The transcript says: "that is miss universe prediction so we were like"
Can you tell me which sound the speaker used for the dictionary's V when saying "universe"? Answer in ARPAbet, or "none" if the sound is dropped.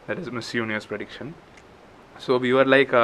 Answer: none